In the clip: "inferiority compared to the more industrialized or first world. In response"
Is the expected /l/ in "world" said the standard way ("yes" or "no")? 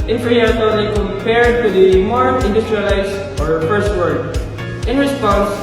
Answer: no